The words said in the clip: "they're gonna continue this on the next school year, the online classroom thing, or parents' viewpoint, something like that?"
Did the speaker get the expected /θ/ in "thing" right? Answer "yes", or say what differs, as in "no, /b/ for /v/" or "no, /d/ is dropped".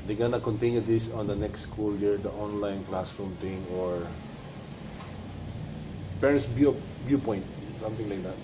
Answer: no, /t/ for /θ/